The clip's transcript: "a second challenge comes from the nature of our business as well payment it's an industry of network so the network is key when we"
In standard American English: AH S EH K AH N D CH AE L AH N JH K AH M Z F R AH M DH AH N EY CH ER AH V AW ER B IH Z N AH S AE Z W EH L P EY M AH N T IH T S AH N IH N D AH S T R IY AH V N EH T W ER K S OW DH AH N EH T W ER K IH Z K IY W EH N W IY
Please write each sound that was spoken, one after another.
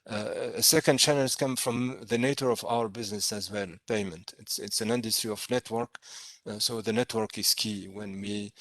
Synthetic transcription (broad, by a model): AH S EH K AH N D CH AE N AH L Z K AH M F R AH M DH AH N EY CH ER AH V AW ER B IH Z N AH S AE Z W EH L P EY M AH N T IH T S AH N IH N D AH S T R IY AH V N EH T W ER K S OW DH AH N EH T W ER K IH Z K IY W EH N W IY